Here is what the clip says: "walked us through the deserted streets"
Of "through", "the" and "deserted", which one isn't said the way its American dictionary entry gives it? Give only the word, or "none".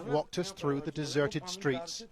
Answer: none